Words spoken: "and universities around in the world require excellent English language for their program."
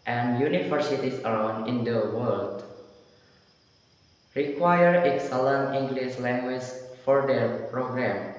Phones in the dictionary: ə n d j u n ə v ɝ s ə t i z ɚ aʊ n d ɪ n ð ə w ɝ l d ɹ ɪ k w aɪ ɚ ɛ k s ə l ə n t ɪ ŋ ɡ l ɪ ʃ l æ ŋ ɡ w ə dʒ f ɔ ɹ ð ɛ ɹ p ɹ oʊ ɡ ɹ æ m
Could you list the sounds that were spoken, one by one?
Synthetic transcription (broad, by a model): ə n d j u n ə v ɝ s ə t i s ɚ aʊ n d ɪ n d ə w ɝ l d ɹ ɪ k w aɪ ɚ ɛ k s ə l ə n ɪ ŋ ɡ l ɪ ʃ l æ ŋ ɡ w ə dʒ f ɔ ɹ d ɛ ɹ p ɹ oʊ ɡ ɹ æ m